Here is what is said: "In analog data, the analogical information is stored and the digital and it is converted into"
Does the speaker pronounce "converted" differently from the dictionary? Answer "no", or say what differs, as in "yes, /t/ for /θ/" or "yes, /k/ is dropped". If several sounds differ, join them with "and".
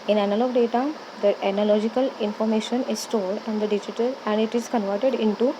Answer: no